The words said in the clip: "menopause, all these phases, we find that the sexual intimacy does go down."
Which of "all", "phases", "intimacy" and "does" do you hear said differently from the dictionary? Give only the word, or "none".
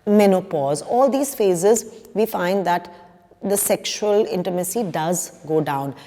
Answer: none